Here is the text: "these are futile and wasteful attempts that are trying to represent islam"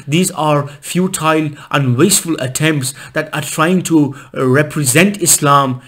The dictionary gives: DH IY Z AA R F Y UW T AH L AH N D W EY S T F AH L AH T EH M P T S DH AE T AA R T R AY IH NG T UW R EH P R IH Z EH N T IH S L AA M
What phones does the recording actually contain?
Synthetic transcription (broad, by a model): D IY Z AA R F Y UW T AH L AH N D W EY S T F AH L AH T EH M P T S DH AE T AA R T R AY IH NG T UW R EH P R IH Z EH N T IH S L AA M